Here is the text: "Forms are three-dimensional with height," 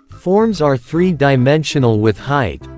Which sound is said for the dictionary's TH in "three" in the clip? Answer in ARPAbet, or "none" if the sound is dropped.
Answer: TH